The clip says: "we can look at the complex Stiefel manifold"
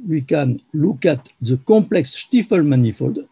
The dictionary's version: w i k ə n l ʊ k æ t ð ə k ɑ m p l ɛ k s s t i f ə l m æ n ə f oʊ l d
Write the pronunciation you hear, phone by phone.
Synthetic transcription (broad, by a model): w i k ə n l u k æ t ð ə k ɑ m p l ɛ k s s t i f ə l m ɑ n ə f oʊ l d